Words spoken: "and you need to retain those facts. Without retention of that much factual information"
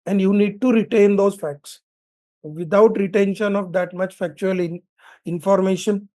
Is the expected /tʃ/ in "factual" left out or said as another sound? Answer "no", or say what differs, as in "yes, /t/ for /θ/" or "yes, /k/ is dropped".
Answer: no